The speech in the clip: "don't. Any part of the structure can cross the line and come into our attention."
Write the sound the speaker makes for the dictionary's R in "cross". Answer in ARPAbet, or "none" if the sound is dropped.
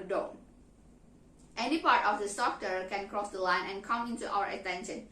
R